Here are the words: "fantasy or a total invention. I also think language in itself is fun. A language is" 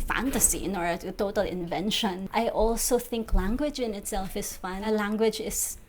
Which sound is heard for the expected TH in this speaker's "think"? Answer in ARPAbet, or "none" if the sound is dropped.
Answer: TH